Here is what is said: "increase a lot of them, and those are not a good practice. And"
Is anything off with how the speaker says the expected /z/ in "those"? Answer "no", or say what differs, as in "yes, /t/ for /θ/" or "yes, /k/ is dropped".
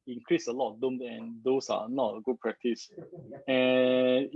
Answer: yes, /s/ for /z/